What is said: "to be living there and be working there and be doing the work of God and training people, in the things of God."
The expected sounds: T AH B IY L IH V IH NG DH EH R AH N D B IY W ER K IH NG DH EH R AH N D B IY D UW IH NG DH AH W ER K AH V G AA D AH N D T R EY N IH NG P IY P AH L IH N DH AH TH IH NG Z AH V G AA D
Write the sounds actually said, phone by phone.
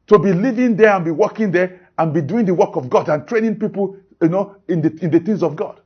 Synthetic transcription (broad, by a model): T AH B IY L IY V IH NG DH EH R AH N B IY W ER K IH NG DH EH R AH N B IY D UW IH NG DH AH W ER K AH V G AA D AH N T R EY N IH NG P IY P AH N IH N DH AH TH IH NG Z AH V G AA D